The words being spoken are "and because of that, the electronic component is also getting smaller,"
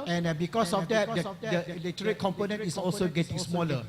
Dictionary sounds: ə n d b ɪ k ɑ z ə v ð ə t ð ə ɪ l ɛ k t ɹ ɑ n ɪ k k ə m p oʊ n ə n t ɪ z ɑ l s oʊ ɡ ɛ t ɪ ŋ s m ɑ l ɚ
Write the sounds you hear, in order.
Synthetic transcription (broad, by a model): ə n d b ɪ k ɑ s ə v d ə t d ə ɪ l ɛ t ʌ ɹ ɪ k k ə m p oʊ n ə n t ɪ s ɑ l s oʊ ɡ ɛ t ɪ ŋ s m ɑ l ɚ